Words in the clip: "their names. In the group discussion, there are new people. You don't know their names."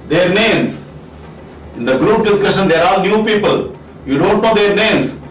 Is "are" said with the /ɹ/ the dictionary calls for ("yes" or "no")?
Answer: no